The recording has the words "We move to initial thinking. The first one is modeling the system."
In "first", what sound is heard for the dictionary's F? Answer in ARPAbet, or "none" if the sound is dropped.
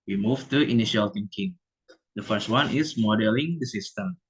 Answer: F